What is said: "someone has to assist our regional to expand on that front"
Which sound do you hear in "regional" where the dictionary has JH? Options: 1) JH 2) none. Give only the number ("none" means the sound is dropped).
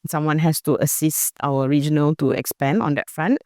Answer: 1